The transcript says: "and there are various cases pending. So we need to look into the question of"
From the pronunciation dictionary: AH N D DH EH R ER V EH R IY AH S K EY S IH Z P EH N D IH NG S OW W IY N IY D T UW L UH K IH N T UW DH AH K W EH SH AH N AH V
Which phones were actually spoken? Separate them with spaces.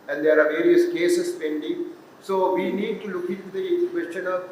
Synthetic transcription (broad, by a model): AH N D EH R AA V EH R IY AH S K EY S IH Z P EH N D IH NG S OW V IY N IY D T UW L UH K IH N T UW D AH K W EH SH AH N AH